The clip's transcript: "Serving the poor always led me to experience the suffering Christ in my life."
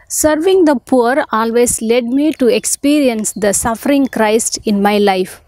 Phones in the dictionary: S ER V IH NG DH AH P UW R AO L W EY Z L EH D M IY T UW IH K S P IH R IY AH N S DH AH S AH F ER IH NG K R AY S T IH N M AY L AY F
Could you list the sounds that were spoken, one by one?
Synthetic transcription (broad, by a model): S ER V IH NG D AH P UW R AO L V EY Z L EH D M IY T UW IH K S P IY R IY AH N S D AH S AH F ER IH NG K R AY S T IH N M AY L AY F